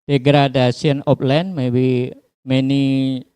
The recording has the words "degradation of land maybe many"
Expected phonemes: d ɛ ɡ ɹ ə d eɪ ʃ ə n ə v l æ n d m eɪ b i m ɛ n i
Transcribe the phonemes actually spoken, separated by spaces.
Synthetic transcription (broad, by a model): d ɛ ɡ ɹ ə d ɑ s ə n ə p l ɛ n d m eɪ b i m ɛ n i